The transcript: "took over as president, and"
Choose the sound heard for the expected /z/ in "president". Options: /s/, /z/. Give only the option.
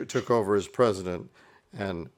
/z/